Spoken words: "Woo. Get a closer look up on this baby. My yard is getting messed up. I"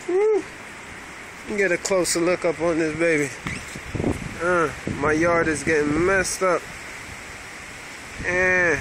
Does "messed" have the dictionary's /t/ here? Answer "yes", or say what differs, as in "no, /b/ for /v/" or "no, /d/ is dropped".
yes